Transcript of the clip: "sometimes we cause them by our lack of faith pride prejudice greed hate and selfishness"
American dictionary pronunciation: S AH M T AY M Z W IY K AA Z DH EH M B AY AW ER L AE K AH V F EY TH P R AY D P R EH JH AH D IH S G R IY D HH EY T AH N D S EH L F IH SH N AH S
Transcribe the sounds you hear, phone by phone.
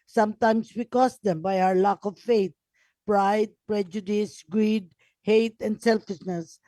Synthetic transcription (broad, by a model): S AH M T AY M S W IY K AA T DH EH M B AY AW ER L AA K AH V F EY T P R AY D P R EH JH AH D IH S G R IY D HH EY T AH N D S EH L F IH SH N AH S